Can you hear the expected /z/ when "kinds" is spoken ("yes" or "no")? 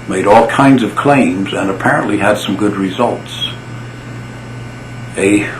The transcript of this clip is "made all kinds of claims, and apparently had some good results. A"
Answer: yes